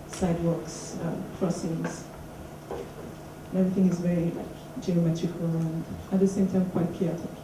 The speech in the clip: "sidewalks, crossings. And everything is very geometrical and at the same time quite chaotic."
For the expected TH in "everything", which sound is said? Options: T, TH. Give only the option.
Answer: TH